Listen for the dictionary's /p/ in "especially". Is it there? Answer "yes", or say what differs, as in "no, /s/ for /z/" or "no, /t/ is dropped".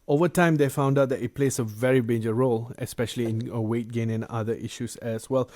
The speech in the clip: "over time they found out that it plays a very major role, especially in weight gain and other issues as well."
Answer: yes